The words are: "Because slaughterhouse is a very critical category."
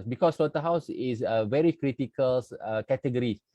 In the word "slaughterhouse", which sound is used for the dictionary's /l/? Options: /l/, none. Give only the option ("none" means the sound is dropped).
none